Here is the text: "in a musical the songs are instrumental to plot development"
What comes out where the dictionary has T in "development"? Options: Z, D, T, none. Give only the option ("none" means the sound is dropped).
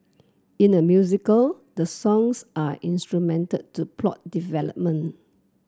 none